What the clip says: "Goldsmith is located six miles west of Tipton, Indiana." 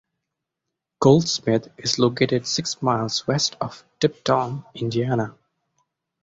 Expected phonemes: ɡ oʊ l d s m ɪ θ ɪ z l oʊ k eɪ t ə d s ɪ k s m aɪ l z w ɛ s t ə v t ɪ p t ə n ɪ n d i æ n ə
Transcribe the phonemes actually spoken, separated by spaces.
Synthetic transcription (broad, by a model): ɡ oʊ l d s m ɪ t ɪ z l oʊ k eɪ t ə d s ɪ k s m aɪ l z w ɛ s t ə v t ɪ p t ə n ɪ n d i æ n ə